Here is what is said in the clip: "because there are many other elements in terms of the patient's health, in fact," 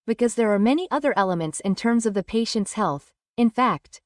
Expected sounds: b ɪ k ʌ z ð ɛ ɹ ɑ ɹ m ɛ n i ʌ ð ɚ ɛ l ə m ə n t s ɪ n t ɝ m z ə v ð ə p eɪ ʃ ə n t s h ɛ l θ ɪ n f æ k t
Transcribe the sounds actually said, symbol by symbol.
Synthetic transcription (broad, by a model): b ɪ k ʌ z ð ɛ ɹ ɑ ɹ m ɛ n i ʌ ð ɚ ɛ l ə m ə n t s ɪ n t ɝ m z ə v ð ə p eɪ ʃ ə n t s h ɛ l θ ɪ n f æ k t